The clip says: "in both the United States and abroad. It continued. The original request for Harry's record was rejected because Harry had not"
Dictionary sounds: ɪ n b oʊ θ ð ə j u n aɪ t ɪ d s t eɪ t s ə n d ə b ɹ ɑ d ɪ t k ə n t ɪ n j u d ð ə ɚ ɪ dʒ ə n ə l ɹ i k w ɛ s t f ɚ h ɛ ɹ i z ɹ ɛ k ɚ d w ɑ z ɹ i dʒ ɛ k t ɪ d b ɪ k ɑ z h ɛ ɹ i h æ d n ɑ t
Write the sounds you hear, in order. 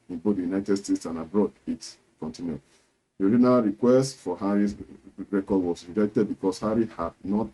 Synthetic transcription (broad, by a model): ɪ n b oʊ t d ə j u n aɪ t ɪ d s t eɪ t s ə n ə b ɹ ɑ d ɪ t k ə n t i n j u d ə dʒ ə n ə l ɹ i k w ɛ s t f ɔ h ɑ ɹ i s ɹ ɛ k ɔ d w ɑ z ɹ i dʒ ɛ k t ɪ d b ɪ k ɑ s h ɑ ɹ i h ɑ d n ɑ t